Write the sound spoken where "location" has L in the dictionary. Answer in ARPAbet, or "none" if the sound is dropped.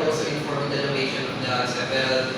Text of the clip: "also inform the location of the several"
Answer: N